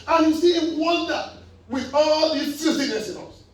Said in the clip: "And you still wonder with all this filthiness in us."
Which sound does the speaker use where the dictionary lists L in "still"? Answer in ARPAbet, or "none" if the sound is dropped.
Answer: N